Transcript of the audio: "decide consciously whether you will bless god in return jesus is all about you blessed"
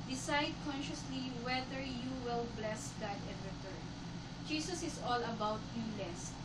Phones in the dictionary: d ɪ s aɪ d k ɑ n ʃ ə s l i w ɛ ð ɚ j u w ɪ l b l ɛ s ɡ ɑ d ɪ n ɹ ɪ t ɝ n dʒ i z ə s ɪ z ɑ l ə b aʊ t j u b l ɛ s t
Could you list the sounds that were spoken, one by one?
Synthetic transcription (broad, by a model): d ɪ s aɪ d k ɑ n ʃ ə s l i w ɛ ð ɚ j u w ɪ l b l ɛ s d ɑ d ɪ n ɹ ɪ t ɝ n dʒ i s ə s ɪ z ɑ l ə b aʊ t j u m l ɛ s